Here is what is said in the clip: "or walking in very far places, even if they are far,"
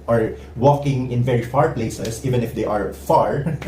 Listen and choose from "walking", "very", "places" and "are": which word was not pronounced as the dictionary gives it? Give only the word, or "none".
places